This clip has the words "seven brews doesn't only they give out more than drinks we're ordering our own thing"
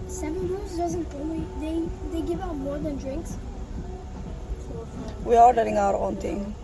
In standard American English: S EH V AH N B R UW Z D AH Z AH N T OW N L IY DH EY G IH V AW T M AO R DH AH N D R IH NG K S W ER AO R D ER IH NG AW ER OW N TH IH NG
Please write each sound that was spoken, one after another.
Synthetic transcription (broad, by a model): S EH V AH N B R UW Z D AH Z AH N T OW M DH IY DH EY G IH V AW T M AO R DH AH N D R IH NG K S W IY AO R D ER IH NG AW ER OW N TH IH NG